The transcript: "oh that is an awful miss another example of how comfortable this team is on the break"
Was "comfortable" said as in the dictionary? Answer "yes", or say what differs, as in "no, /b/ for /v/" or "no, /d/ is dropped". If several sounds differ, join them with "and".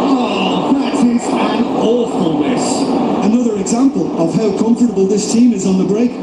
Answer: yes